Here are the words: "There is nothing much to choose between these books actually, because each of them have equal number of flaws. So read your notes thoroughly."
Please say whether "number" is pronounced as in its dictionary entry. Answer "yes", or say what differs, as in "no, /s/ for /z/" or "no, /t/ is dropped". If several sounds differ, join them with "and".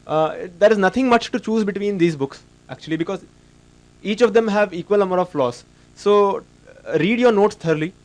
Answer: no, /b/ is dropped